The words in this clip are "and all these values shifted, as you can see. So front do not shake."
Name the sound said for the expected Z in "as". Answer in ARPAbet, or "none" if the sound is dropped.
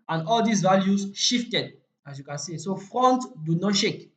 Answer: S